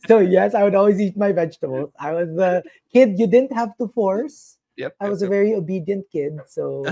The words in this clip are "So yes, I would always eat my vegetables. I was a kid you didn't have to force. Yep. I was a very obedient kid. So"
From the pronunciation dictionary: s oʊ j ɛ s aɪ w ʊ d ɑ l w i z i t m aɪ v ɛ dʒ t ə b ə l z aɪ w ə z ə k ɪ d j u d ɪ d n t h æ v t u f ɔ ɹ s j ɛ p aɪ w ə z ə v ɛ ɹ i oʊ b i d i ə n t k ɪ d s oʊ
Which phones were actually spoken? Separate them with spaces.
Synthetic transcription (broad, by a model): s oʊ j ɛ s aɪ w ʊ d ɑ l w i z i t m aɪ v ɛ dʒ t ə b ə l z aɪ w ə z ə k ɪ d j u d ɪ d n t h æ v t u f ɔ ɹ s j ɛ aɪ w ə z ə v ɛ ɹ i oʊ b i d i ə n t k ɪ d s oʊ